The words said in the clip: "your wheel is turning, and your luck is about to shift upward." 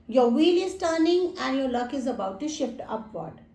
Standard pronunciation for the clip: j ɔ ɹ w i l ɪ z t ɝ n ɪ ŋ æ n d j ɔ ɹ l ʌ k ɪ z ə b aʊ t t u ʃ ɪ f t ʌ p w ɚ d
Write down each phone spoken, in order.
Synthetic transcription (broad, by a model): j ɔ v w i l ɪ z t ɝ n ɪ ŋ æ n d j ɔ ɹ l ʌ k ɪ z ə b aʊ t t u ʃ ɪ f t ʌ p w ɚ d